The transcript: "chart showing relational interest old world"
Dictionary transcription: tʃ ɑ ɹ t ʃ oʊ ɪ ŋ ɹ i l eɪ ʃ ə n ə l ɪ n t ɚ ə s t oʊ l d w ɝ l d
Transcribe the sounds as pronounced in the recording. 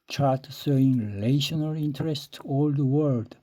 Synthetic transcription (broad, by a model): tʃ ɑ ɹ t s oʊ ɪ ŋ ɹ i l eɪ ʃ ə n ə l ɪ n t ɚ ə s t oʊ l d w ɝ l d